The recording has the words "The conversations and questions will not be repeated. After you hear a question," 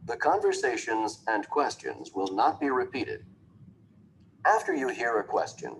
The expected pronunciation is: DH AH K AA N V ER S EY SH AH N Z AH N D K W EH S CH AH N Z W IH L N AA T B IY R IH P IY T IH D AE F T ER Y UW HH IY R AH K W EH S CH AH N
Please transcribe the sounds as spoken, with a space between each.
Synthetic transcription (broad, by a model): DH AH K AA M V ER S EY SH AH N Z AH N K W EH S CH AH N Z W IH L N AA T B IY R IH P IY T IH D AE F T ER Y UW HH IY R AH K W EH S CH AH N